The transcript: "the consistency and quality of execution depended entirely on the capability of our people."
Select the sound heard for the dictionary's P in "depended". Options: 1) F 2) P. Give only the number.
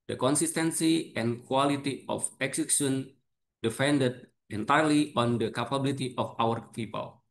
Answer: 1